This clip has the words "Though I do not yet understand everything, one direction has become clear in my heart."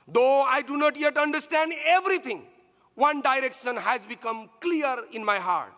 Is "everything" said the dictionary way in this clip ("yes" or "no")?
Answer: no